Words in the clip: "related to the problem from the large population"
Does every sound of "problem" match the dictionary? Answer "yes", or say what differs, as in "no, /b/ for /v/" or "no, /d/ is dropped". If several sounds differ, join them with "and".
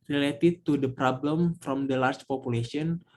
yes